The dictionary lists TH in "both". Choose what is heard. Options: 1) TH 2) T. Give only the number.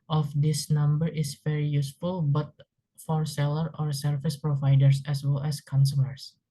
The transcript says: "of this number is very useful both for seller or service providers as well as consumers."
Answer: 2